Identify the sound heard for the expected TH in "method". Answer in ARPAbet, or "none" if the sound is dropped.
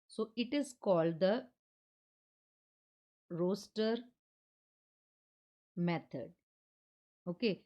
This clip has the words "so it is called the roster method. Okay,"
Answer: T